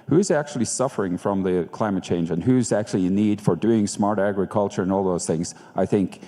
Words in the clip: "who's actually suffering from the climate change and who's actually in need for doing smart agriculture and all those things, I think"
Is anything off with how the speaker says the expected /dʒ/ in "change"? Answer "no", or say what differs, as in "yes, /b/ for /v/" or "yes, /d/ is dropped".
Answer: no